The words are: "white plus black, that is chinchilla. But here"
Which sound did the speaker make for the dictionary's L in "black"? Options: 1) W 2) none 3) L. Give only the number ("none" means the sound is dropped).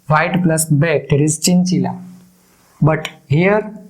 2